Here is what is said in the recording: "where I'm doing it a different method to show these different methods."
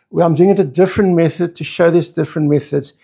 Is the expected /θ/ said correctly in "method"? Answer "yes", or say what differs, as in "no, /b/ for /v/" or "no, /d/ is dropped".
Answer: yes